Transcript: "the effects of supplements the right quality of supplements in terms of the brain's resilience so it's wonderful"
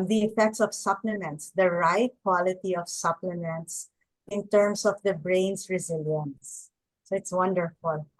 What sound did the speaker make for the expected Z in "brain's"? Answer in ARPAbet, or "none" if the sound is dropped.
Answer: S